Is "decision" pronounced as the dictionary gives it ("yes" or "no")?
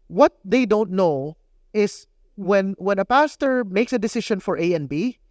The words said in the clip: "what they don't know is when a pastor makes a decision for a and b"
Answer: no